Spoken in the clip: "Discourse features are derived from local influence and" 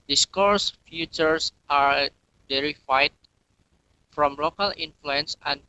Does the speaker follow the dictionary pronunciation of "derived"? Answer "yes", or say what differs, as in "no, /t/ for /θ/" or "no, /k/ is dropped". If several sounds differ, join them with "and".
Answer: no, /v/ is dropped